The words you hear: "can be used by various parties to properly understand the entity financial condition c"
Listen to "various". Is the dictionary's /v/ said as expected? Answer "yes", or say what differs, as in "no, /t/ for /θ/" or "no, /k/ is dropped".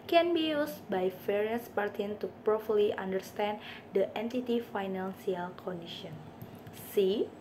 no, /f/ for /v/